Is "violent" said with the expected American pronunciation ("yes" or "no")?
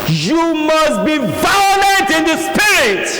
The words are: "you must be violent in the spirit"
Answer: no